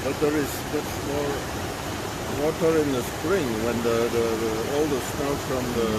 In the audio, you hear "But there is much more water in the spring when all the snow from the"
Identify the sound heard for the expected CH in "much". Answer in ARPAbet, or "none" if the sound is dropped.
S